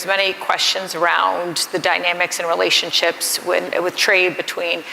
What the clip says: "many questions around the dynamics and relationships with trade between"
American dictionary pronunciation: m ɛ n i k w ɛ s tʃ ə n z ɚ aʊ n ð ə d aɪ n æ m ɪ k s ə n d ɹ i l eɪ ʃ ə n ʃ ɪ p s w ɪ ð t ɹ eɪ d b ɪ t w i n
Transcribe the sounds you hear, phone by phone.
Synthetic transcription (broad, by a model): m ɛ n i k w ɛ s tʃ ə n z ɚ aʊ n ð ə d aɪ n æ m ɪ k s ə n ɹ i l eɪ ʃ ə n ʃ ɪ p s w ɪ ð t ɹ eɪ d b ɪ t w i n